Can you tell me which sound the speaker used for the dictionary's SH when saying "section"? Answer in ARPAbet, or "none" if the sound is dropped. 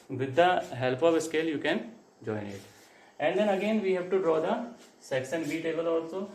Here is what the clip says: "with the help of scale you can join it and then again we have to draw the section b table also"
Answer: S